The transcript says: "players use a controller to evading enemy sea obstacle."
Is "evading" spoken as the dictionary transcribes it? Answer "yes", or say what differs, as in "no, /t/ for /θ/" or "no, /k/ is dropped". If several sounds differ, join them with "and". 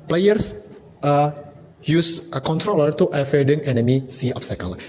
no, /f/ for /v/